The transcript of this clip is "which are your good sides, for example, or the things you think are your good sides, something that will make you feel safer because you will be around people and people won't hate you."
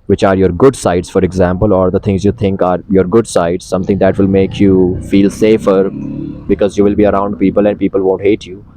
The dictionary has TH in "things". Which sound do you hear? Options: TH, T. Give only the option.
T